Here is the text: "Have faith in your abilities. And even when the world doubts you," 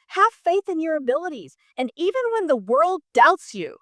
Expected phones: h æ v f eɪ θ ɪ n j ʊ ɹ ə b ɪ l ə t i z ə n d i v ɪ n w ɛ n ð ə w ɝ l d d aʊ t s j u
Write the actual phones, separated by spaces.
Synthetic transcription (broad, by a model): h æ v f eɪ θ ɪ n j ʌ ɹ ə b ɪ l ə t i z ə n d i v ɪ n w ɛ n ð ə w ɝ l d d aʊ t s j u